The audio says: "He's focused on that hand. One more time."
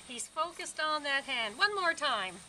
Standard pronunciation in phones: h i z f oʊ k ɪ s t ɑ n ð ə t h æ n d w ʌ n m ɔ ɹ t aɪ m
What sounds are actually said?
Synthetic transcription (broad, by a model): h i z f oʊ k ɪ s t n ð ə t h æ n d w ʌ n m ɔ ɹ t aɪ m